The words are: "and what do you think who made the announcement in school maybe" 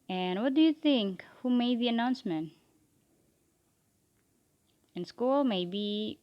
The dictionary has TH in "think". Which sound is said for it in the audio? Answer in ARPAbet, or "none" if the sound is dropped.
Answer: TH